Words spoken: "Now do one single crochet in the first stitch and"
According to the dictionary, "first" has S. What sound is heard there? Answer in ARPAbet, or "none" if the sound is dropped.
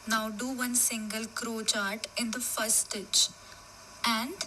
none